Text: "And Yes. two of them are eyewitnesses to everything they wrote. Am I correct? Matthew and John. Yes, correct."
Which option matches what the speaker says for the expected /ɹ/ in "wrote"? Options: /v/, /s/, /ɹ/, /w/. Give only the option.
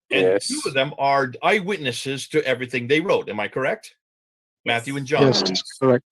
/ɹ/